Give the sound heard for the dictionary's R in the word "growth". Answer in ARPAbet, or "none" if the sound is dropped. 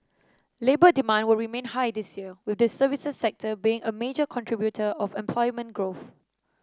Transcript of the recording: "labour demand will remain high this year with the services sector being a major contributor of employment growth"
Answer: R